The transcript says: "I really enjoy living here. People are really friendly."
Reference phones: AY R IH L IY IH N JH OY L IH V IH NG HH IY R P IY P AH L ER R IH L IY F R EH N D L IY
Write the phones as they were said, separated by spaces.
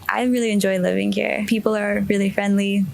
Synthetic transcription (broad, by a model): AY R IH L IY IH N JH OY L IH V IH NG HH IY R P IY P L ER R IH L IY F R EH N D L IY